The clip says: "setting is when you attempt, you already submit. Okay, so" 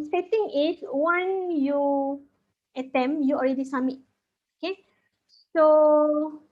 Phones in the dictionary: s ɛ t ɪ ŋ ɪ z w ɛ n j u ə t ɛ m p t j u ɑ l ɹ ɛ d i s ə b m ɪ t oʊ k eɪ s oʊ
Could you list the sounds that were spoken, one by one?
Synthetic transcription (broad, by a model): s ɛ t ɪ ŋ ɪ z w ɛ n j u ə t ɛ m j u ɑ l ɹ ɛ d i s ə m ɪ t oʊ k eɪ s oʊ